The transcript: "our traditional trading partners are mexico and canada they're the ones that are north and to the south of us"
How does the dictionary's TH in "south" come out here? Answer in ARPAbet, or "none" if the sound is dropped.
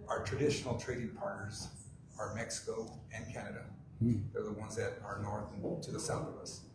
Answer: TH